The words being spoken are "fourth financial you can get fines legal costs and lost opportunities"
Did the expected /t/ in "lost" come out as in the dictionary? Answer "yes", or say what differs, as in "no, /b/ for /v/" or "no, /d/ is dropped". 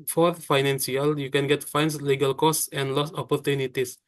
no, /t/ is dropped